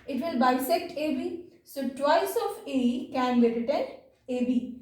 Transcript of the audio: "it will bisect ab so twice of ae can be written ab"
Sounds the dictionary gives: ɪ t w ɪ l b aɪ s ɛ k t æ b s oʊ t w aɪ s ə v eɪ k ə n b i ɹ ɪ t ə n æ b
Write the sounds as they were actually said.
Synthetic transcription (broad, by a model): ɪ t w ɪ l b aɪ s ɛ k t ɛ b s oʊ t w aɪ s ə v eɪ k ə n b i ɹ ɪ t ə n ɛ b